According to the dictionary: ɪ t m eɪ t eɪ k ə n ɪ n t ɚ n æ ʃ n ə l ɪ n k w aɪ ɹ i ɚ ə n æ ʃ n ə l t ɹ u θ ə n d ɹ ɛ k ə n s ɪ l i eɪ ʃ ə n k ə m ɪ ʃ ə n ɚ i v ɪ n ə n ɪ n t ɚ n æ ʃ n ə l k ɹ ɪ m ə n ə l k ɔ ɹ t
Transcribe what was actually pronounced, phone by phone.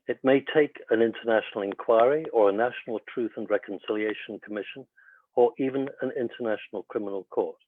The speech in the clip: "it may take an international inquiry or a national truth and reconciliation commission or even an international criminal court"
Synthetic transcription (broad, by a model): ɪ t m eɪ t eɪ k ə n ɪ n t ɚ n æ ʃ n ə l ɪ n k w aɪ ɹ i ɚ ə n æ ʃ n ə l t ɹ u θ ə n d ɹ ɛ k ə n s ɪ l i eɪ ʃ ə n k ə m ɪ ʃ ə n ɚ i v ɪ n ə n ɪ n t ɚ n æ ʃ n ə l k ɹ ɪ m ə n ə l k ɔ ɹ t